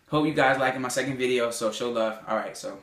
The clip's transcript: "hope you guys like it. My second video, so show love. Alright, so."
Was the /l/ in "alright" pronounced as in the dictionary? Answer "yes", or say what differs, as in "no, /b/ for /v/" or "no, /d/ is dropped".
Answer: yes